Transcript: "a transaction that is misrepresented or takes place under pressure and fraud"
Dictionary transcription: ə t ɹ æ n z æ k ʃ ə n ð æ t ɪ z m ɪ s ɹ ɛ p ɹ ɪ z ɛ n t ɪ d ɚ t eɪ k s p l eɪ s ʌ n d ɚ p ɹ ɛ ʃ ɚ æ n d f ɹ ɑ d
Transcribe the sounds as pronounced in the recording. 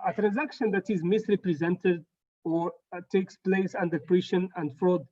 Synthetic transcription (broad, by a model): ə t ɹ æ n z æ k ʃ ə n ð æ t ɪ z m ɪ s ɹ ɛ p ɹ ɪ z ɛ n t ɪ d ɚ t eɪ k s p l eɪ s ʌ n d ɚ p ɹ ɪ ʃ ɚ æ n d f ɹ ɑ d